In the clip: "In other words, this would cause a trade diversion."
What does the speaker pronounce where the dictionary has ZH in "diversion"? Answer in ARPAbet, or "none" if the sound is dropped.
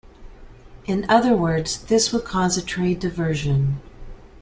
ZH